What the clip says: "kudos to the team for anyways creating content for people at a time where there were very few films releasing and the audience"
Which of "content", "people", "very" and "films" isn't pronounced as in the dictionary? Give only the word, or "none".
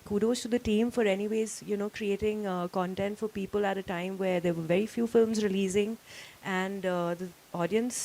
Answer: none